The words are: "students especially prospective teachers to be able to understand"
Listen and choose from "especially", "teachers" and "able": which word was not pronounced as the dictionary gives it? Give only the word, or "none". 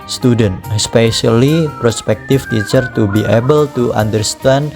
teachers